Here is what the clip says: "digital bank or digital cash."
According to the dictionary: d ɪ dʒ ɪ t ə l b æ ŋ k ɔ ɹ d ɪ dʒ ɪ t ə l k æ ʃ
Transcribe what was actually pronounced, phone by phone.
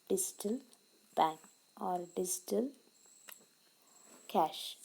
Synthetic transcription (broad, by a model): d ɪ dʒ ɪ t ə l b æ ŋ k ɔ ɹ d ɪ dʒ ɪ t ə l k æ ʃ